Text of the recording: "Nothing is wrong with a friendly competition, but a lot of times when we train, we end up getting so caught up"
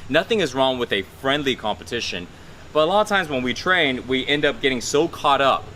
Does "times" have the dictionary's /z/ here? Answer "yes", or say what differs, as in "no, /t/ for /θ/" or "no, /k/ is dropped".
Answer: yes